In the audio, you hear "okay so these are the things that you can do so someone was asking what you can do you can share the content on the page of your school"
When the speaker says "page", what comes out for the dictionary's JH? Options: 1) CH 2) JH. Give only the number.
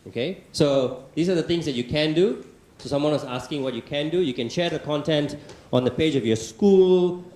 2